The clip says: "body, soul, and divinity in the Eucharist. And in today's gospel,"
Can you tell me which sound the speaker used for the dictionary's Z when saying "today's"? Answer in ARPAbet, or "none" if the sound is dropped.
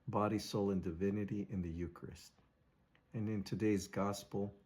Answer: Z